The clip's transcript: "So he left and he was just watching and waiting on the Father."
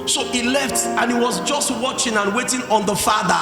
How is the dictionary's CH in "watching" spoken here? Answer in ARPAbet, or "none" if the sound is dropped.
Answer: CH